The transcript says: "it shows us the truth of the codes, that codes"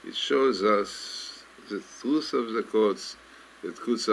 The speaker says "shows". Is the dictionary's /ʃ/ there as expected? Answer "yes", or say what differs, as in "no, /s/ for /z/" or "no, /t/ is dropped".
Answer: yes